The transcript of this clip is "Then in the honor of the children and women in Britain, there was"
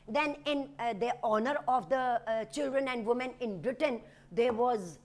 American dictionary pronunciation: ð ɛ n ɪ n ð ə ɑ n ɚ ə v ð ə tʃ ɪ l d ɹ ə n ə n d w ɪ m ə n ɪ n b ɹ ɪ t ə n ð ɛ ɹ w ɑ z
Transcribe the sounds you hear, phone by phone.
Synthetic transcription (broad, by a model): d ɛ n ɪ n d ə ɑ n ɚ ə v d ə tʃ ɪ l d ɹ ə n ə n d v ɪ m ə n ɪ n b ɹ ɪ t ə n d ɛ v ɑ z